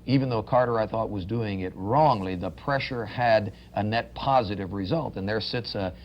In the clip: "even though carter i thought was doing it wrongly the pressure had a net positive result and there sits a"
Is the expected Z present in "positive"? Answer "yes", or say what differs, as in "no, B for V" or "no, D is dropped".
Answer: yes